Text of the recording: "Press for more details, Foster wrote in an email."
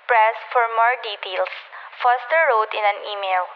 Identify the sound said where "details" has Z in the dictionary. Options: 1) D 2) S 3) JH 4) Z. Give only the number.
2